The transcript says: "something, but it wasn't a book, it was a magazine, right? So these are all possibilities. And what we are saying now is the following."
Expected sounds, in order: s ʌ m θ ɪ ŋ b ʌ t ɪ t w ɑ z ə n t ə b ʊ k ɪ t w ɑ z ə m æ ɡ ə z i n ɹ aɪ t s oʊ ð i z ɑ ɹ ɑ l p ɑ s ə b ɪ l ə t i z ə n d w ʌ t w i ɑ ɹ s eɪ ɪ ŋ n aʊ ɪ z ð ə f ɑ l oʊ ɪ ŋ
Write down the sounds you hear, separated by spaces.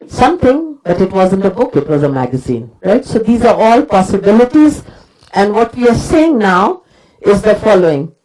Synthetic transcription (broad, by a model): s ʌ m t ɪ ŋ b ʌ t ɪ t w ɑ z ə n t ə b ʊ k ɪ t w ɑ z ə m æ ɡ ə z i n ɹ aɪ t s oʊ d i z ɑ ɹ ɑ l p ɑ s ə b ɪ l ə t i z ə n d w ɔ t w i ɑ ɹ s eɪ ɪ ŋ n aʊ ɪ z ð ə f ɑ l oʊ ɪ ŋ